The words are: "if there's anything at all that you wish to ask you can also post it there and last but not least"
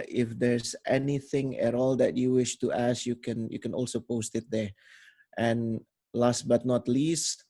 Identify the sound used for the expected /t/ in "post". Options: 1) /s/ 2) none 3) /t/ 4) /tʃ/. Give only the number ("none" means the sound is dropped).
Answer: 3